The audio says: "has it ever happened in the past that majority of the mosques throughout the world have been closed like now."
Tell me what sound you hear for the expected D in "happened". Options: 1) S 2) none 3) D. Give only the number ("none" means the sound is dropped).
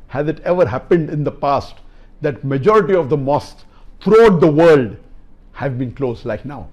3